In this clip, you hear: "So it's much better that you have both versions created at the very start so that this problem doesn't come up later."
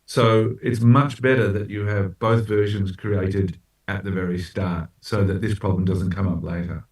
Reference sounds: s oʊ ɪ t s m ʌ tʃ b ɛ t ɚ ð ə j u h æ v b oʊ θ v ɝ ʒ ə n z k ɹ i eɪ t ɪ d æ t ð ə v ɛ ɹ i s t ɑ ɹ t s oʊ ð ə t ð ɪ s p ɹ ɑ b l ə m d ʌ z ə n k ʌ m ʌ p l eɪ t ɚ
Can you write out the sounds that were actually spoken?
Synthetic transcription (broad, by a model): s oʊ ɪ t s m ʌ tʃ b ɛ t ɚ ð ə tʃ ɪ v b oʊ θ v ɝ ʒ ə n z k ɹ i eɪ t ɪ d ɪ t ð ə v ɛ ɹ i s t ɑ ɹ t s oʊ ð ə t ð ɪ s p ɹ ɑ b l ə m d ʌ z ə n k ʌ m ʌ p l eɪ t ɚ